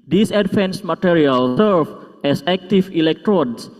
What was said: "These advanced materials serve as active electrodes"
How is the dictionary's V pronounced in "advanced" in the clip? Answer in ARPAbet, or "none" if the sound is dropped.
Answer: F